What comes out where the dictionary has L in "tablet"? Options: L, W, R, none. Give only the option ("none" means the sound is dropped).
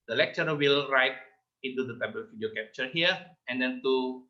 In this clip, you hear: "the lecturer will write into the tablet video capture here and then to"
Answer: none